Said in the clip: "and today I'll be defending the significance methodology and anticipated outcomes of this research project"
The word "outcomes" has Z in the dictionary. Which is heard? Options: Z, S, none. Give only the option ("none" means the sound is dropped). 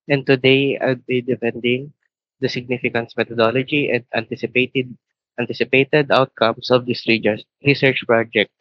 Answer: S